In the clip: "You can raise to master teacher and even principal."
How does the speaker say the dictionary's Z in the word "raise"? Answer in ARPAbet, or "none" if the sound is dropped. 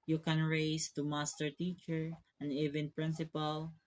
S